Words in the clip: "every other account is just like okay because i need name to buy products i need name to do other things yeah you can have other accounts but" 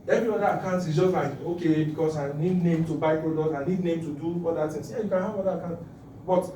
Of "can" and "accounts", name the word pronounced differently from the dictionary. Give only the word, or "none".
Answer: accounts